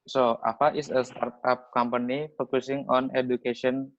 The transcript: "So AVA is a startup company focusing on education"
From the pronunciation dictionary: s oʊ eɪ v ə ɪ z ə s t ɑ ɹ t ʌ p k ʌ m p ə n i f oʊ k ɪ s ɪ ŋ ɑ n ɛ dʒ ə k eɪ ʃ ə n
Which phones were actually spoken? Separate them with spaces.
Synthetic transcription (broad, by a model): s oʊ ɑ p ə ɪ s ə s t ɑ ɹ t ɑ p k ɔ m p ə n i f oʊ k ɪ s ɪ ŋ ɑ n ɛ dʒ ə k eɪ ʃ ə n